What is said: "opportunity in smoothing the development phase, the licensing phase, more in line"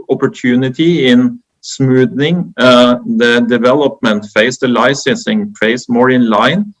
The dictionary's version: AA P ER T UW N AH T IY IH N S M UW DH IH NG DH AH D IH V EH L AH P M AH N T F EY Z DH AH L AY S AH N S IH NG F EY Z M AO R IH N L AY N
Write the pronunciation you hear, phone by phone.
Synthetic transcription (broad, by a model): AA P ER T UW N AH T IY IH N S M UW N IH NG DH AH D IH V EH L AH P M AH N T F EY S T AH L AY S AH S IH NG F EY S M AO R IH N L AY N